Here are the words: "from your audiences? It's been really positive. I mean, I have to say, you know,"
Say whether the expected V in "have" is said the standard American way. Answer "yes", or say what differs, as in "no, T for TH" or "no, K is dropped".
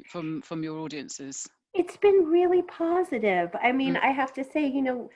no, F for V